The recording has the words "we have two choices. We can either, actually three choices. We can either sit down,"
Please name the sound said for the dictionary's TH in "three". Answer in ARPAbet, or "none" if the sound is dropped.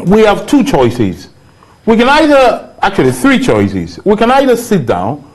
TH